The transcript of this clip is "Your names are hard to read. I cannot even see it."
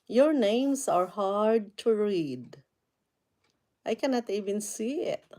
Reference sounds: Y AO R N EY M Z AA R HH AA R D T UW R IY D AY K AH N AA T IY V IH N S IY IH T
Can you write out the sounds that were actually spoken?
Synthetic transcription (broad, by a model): Y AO R N EY M S AA R HH AA R D T UW R IY D AY K AH N AA T IY V IH N S IY IH T